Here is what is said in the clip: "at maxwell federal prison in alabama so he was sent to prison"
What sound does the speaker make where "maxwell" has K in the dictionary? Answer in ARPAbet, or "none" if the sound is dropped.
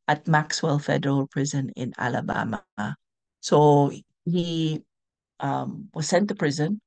K